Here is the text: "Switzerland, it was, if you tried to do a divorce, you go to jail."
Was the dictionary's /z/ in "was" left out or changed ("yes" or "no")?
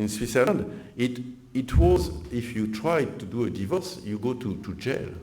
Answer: no